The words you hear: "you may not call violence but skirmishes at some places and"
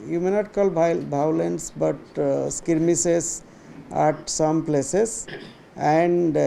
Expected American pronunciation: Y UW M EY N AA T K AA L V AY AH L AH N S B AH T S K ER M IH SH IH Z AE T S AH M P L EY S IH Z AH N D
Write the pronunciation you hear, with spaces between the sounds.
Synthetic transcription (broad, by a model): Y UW M EY N AA T K AA L B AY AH L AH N S B AH T S K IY M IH S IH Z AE T S AH M P L EY S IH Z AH N D